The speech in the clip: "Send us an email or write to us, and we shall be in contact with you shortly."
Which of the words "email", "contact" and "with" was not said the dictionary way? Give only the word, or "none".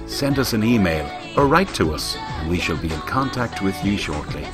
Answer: none